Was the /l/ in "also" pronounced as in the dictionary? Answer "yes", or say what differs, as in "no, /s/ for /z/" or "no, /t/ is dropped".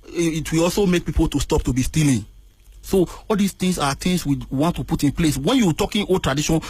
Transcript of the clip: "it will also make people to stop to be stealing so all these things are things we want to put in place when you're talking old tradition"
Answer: yes